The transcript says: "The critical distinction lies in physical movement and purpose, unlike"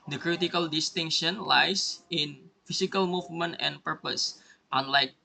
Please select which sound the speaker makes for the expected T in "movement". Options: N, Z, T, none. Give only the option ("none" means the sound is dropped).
T